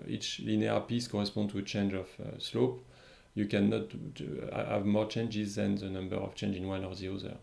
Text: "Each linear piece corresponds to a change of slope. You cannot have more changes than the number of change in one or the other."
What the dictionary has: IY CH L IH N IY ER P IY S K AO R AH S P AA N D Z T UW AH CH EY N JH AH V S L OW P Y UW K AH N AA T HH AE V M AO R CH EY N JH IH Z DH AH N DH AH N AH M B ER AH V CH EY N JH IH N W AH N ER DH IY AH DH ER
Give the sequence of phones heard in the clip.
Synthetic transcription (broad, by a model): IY CH L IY N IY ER P IY S K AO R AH S P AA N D T UW AH CH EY N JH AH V S L OW P Y UW K AH N AA T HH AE V M AO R CH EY N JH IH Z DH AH N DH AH N AH M B ER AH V CH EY N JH IH N W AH N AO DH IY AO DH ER